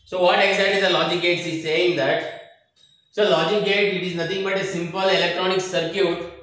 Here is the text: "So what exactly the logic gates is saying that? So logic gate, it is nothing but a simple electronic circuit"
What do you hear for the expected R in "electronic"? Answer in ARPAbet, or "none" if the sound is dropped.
R